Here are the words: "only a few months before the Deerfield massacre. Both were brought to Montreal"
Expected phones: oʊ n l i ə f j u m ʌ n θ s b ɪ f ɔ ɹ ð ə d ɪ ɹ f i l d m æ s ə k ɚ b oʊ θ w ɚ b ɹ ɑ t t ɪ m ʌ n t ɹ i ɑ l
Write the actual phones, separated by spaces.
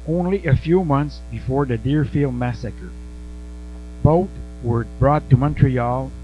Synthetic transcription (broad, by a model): oʊ n l i ə f j u m ʌ n θ s b ɪ f ɔ ɹ ð ə d ɪ ɹ f i l d m æ s ə k ɚ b oʊ t w ɚ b ɹ ɑ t t ɪ m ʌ n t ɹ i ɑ l